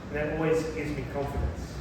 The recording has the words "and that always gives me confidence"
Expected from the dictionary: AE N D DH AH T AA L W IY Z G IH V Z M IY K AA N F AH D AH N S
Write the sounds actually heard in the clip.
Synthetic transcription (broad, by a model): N DH AH T AA L W IY Z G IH Z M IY K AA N F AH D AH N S